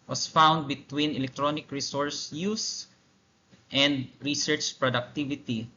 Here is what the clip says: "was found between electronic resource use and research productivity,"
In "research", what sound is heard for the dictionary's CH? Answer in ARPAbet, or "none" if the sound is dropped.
CH